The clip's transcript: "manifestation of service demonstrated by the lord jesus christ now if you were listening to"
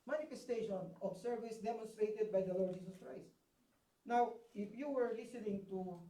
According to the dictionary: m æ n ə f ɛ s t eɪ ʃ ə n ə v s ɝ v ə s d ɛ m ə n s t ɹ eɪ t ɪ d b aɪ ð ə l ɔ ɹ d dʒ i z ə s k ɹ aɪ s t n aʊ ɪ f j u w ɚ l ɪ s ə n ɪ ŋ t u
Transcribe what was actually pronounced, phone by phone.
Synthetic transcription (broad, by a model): m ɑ n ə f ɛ s t eɪ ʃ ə n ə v s ɝ v ə s d ɛ m ə n s t ɹ eɪ t ɪ d b aɪ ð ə l ɔ ɹ d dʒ i s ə s k ɹ aɪ s t n aʊ ɪ f j u w ɚ l ɪ s ə n ɪ ŋ t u